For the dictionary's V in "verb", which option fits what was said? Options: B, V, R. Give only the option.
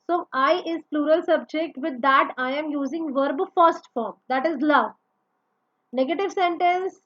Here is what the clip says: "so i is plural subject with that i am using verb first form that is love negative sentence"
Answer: V